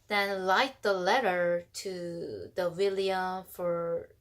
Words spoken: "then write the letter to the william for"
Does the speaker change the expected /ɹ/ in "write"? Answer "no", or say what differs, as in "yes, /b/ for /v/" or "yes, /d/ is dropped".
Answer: yes, /l/ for /ɹ/